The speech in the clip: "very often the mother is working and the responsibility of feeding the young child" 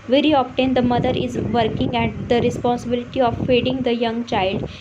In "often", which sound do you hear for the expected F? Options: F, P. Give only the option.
P